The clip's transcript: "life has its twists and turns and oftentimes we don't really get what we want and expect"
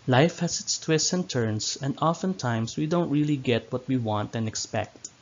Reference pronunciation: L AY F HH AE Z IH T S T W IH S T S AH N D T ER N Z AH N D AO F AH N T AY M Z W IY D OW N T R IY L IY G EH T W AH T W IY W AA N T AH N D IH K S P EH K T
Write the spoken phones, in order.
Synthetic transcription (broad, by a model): L AY F HH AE S IH T S T W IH S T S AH N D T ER N S AH N D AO F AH N T AY M S W IY D OW N T R IY L IY G EH T W AH T W IY W AA N T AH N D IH K S P EH K T